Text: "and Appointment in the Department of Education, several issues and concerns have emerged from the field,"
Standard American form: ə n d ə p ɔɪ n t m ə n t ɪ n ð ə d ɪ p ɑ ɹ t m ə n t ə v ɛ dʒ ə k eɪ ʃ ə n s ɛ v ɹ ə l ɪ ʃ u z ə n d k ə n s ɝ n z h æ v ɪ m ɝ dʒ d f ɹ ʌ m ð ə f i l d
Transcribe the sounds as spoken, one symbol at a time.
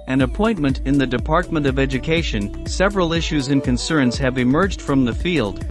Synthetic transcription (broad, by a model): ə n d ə p ɔɪ n m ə n t ɪ n ð ə d ɪ p ɑ ɹ t m ə n t ə v ɛ dʒ ə k eɪ ʃ ə n s ɛ v ɹ ə l ɪ ʃ u z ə n k ə n s ɝ n z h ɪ v ɪ m ɝ dʒ d f ɹ ʌ m ð ə f i l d